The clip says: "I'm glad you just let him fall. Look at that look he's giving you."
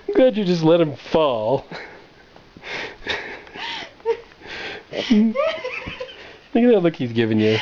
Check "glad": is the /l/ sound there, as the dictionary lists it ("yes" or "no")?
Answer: no